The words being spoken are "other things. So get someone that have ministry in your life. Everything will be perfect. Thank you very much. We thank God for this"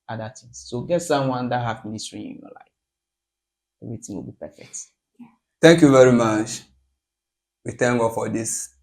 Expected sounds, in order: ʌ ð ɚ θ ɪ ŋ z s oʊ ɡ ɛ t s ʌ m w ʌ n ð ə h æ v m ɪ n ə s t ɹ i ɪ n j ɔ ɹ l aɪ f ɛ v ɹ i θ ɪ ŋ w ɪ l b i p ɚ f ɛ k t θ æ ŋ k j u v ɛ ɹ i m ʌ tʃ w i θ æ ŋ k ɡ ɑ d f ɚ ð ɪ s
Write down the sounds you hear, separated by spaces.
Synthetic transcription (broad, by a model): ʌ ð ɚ t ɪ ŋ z s oʊ ɡ ɛ t s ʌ m w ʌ n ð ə h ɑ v m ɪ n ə s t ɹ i ɪ n j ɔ l aɪ f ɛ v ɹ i t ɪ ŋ w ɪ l b i p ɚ f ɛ k t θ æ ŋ k j u v ɛ ɹ i m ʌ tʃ w i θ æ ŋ ɡ ɑ d f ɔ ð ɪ s